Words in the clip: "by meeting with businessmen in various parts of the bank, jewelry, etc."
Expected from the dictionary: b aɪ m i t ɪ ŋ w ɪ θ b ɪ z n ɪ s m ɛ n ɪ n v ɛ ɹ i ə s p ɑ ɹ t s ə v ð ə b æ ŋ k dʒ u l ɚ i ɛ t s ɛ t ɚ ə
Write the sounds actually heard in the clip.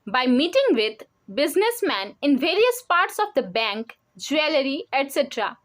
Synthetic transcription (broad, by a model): b aɪ m i t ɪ ŋ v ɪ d b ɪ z n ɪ s m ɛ n ɪ n v ɛ ɹ i ə s p ɑ ɹ t s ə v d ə b æ ŋ k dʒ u l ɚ i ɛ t s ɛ t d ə